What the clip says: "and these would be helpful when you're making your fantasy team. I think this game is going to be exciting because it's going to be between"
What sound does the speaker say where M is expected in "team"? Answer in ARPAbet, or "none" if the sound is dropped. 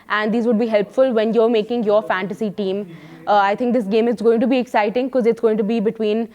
M